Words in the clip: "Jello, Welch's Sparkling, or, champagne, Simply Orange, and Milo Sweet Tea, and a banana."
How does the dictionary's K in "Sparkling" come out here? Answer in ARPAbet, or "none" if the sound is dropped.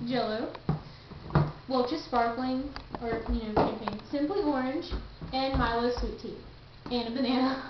K